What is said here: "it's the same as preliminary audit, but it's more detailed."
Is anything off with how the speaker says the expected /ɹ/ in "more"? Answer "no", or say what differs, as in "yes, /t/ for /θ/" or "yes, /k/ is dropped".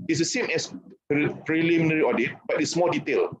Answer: yes, /l/ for /ɹ/